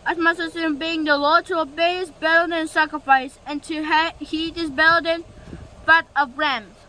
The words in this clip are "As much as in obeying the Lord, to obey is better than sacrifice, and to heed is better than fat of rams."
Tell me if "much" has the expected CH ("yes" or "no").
no